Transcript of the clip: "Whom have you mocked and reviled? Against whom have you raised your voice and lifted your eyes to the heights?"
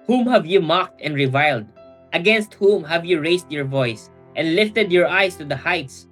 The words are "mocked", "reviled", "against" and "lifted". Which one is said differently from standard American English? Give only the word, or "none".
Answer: none